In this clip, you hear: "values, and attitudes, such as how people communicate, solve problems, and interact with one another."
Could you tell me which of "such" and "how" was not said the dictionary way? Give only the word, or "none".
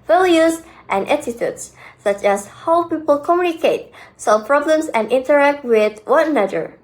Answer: none